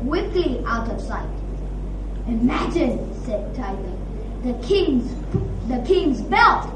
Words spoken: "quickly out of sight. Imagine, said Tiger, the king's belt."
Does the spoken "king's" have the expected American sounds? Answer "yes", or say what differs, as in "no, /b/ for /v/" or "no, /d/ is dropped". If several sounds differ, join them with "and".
yes